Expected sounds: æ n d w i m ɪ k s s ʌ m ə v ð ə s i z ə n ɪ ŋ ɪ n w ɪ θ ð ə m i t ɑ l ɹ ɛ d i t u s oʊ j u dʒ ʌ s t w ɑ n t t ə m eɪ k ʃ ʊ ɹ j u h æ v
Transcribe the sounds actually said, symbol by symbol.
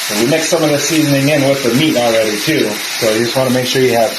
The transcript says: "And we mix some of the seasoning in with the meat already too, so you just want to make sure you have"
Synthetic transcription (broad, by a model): w i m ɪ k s s ʌ m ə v ð ə s i z ə n ɪ ŋ ɪ n w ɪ ð ə m i t ɑ l ɹ ɛ d i t u s oʊ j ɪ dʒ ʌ s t w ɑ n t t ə m eɪ k ʃ ʊ ɹ j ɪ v